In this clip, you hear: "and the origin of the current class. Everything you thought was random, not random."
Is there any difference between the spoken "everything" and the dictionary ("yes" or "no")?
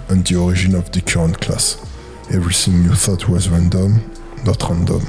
yes